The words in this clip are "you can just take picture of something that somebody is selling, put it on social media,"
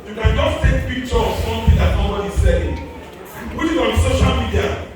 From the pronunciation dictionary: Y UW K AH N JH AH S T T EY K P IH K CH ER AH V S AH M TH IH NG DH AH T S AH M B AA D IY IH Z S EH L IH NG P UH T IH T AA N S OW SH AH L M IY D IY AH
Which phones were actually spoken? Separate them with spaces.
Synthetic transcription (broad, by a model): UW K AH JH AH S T T EY K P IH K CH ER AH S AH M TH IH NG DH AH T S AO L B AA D IY S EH IH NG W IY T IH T AA N S OW SH AH L M IY D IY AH